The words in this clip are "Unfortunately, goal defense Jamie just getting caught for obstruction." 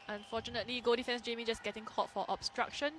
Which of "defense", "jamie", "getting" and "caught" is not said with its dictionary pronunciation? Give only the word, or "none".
none